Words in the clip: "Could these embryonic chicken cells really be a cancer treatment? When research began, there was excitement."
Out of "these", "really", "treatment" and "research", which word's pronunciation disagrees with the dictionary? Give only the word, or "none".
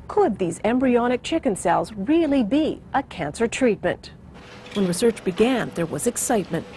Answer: none